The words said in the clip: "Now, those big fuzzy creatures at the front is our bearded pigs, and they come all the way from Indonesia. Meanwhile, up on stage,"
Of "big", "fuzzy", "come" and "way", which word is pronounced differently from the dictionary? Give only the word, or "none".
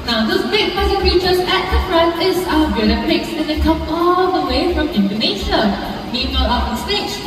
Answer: fuzzy